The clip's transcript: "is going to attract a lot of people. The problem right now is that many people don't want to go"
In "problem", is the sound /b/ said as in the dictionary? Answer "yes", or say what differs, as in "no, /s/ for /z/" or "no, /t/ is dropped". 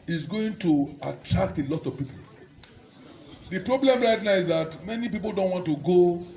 yes